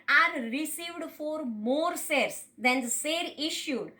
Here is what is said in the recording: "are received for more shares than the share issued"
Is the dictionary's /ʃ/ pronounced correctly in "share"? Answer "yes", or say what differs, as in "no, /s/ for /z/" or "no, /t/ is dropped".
no, /s/ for /ʃ/